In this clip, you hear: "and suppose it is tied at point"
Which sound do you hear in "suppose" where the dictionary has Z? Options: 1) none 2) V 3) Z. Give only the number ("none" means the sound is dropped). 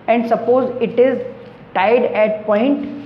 3